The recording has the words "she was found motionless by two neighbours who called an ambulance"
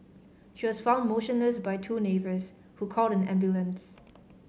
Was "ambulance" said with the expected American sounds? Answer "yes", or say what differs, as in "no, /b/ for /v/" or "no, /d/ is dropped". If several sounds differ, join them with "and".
yes